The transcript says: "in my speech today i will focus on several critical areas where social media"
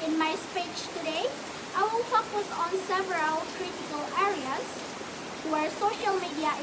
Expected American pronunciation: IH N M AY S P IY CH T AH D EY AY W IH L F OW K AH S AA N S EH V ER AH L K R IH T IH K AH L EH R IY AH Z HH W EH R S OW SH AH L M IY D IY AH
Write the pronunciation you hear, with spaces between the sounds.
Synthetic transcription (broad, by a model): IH N M AY S P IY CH T AH D EY AY W IH L F OW K AH S AA N S EH V ER AH L K R IH T IH K AH L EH R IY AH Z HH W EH R S OW SH AH L M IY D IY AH